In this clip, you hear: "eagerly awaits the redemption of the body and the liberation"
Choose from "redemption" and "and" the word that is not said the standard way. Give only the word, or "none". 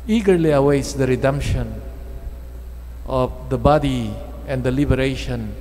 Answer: none